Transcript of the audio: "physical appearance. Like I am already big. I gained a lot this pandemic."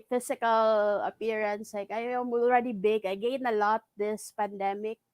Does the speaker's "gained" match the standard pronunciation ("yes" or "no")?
no